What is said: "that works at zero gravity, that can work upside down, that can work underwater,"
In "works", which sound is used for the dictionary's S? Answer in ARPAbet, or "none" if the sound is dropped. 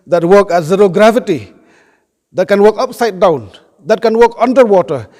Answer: none